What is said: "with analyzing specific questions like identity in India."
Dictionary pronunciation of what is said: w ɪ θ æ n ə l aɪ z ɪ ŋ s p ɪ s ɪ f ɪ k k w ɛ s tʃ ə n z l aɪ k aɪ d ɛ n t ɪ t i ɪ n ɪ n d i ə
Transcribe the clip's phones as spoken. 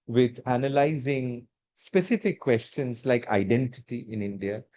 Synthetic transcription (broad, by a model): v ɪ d æ n ə l aɪ z ɪ ŋ s p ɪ s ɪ f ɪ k k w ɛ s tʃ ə n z l aɪ k aɪ d ɛ n t ɪ t i ɪ n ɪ n d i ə